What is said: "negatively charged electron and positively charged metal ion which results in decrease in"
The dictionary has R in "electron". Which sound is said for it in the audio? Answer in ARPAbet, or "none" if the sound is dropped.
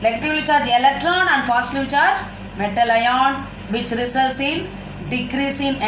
R